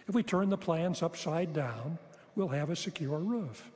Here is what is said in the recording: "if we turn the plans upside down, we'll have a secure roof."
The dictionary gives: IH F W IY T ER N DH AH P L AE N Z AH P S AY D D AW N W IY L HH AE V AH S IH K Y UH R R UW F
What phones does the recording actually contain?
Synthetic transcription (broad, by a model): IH F W IY T ER N DH AH P L AE N Z AH P S AY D D AW N W IY L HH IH V AH S IH K Y UH R R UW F